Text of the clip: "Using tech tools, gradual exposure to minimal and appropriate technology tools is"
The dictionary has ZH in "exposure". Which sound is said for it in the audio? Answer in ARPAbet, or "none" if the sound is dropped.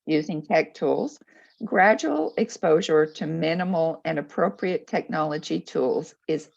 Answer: ZH